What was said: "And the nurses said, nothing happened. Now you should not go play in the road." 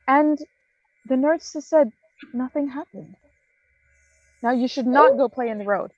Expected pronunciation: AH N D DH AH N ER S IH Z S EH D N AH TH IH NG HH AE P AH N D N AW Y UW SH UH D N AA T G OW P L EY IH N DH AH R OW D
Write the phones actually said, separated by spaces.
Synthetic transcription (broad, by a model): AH N DH AH N ER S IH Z S EH D N AH TH IH NG HH AE P AH N D N AW Y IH SH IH D N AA T G OW P L EY IH N DH AH R OW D